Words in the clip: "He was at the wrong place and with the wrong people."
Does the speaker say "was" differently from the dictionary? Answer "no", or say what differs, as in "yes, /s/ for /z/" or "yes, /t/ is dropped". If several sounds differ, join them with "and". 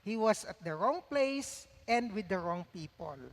yes, /s/ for /z/